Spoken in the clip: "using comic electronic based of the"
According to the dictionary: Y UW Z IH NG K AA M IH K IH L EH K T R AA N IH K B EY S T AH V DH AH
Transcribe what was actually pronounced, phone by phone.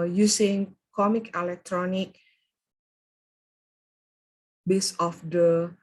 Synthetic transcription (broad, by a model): Y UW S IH NG K AA M IH K IH L EH K T R AA N IH K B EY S AH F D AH